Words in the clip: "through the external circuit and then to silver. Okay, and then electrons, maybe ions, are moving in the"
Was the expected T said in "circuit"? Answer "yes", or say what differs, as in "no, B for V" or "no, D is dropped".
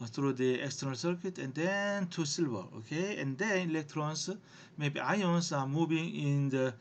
yes